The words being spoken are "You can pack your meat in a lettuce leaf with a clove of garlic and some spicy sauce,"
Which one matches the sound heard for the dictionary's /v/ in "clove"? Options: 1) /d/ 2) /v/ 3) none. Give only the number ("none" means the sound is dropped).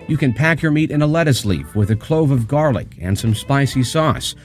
2